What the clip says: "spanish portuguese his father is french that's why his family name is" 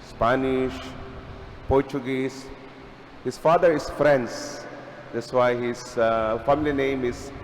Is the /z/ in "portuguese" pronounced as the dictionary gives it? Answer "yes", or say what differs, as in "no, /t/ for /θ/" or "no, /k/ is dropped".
no, /s/ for /z/